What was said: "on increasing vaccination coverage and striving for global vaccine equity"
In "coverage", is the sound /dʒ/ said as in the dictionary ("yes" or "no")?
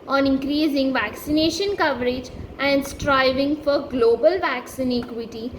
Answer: yes